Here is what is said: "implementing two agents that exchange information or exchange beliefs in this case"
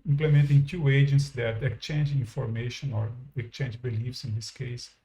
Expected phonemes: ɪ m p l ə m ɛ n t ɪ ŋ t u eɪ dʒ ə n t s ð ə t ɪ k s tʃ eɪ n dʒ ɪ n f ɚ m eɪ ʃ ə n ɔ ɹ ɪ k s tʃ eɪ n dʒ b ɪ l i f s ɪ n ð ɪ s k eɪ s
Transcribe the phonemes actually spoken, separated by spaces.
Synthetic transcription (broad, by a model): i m p l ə m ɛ n t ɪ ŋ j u eɪ dʒ ə n t s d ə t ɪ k tʃ eɪ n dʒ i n f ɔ m eɪ ʃ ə n ɔ ɹ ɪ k tʃ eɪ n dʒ b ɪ l i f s ɪ n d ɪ s k eɪ s